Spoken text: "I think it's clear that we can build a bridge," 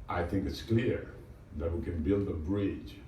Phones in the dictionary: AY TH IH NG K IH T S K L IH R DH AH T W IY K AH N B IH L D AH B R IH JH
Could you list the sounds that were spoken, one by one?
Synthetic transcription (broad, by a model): AY TH IH NG K IH T S K L IH R DH AH T W IY K AH N B IH L D AH B R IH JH